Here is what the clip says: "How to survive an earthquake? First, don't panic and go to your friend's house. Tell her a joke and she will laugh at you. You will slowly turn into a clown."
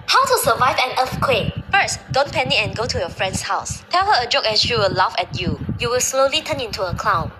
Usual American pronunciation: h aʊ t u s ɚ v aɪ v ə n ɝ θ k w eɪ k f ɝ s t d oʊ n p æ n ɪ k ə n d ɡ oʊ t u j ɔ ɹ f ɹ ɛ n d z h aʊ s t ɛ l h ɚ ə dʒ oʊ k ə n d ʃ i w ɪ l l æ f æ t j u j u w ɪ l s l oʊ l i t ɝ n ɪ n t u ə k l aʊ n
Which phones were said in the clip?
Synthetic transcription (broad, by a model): h aʊ t u s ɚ v aɪ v ə n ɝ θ k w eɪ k f ɝ s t d oʊ n p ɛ n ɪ ə n ɡ oʊ t u j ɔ f ɹ ɛ n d s h aʊ s t ɛ l h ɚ ə dʒ oʊ k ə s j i w ɪ l l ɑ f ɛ t j u j u w ɪ l s l oʊ l i t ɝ n ɪ n t u ə k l aʊ n